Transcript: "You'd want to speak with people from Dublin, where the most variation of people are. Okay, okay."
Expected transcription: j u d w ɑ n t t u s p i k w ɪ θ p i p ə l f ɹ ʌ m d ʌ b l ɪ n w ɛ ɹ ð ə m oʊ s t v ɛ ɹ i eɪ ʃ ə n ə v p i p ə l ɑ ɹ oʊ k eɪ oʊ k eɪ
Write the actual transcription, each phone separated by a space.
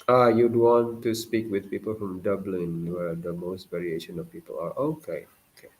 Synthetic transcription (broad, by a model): j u d w ɑ n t t u s p i k w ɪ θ p i p ə l f ɹ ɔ m d ʌ b l ɪ n w ɛ ɹ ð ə m oʊ s t v ɛ ɹ i eɪ ʃ ə n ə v p i p ə l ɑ ɹ oʊ k eɪ oʊ k eɪ